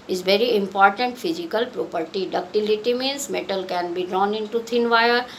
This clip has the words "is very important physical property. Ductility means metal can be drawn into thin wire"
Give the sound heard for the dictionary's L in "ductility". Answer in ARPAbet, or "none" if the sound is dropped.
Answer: L